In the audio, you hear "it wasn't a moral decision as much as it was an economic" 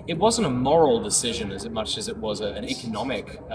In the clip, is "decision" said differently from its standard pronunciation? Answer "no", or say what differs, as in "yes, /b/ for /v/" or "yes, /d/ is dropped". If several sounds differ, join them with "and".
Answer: no